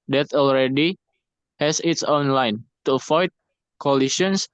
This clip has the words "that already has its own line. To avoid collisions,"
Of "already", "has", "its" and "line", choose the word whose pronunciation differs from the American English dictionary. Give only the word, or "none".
has